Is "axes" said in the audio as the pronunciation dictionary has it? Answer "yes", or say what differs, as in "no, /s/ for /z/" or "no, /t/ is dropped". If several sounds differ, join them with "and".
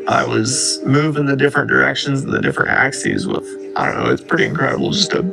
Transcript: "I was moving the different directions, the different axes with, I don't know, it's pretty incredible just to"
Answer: yes